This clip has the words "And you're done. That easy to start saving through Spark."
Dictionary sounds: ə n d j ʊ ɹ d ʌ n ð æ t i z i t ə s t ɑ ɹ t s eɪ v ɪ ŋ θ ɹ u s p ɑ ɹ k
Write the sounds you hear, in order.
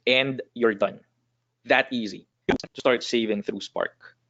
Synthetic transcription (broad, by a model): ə n d j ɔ ɹ d ʌ n ð æ t i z i t ə s t ɑ ɹ t s eɪ v ɪ ŋ θ ɹ u s p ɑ ɹ k